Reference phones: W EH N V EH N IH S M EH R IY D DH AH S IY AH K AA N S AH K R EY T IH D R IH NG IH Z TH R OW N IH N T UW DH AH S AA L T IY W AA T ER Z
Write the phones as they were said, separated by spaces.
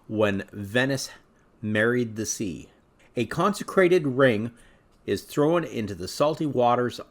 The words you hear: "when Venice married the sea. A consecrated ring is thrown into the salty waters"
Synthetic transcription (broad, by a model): W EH N V EH N IH S M EH R IY D DH AH S IY AH K AA N S AH K R EY T IH D R IH NG IH Z TH R OW N IH N T UW DH AH S AA L T IY W AA T ER Z